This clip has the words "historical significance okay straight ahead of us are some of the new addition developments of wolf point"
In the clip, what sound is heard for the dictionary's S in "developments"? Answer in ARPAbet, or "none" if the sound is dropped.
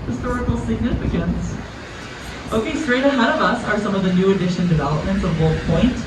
S